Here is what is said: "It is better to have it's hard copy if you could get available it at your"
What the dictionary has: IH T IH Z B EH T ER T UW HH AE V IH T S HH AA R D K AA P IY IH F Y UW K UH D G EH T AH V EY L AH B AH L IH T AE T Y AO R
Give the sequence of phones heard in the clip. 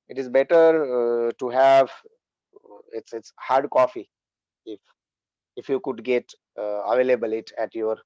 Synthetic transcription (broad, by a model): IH T IH Z B EH T ER T UW HH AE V IH T S HH AA R D K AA F IY IH F Y UW K UH D G EH T AH V EY L AH B AH L IH T AE T Y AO R